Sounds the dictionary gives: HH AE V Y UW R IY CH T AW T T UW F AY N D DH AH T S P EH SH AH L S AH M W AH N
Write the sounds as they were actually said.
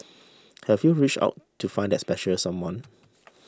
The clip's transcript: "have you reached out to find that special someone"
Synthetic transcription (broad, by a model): HH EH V Y UW R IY CH AW T T UW F AY N D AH T S P EH SH AH L S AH M W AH N